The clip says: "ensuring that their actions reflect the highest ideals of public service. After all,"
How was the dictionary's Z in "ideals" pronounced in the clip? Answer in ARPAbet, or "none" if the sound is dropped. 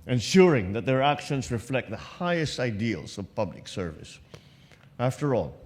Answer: S